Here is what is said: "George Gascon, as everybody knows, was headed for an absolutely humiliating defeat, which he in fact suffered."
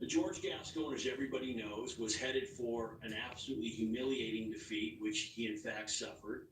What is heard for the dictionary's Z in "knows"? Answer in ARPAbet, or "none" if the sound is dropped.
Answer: Z